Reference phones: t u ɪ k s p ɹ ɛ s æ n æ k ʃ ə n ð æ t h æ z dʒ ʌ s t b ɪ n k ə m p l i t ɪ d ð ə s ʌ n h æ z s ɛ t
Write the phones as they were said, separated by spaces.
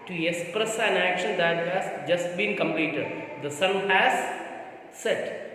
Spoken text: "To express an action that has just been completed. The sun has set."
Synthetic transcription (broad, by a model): t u ɪ k s p ɹ ɛ s æ n æ k ʃ ə n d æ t h æ z dʒ ʌ s t b ɪ n k ə m p l i t ɪ d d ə s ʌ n h æ z s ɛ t